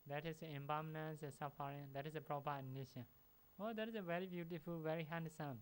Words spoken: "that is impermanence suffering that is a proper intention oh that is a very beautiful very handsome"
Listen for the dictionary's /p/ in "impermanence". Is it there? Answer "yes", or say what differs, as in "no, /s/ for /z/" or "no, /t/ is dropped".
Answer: no, /b/ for /p/